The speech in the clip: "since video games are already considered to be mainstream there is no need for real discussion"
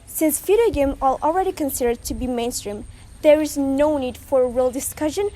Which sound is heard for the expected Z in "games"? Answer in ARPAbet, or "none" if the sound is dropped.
none